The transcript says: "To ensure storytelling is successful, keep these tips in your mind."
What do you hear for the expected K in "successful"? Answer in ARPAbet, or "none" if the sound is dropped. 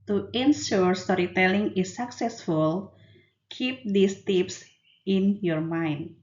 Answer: K